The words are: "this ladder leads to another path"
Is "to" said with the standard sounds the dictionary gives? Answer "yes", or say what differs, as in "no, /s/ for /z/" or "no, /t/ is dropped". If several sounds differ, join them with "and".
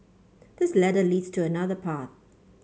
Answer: yes